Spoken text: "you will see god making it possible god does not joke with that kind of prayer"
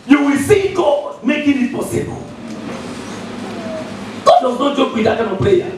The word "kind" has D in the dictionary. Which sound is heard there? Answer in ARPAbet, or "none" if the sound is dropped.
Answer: none